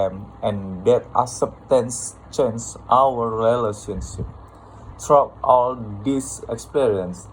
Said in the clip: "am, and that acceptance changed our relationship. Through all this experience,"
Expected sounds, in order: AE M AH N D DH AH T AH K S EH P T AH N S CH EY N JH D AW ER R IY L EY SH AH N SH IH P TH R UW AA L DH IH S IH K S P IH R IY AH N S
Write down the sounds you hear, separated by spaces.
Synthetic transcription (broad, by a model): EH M AH N D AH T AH S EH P T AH N S CH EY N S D AW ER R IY L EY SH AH N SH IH P T R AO AA L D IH S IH K S P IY R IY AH N S